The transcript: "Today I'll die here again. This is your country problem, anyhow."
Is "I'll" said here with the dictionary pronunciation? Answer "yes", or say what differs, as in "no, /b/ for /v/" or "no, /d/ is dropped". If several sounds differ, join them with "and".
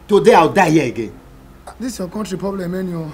no, /w/ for /l/